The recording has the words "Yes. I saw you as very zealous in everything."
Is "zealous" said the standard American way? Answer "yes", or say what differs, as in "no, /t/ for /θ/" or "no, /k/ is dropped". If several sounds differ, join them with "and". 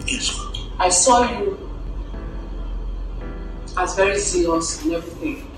no, /s/ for /z/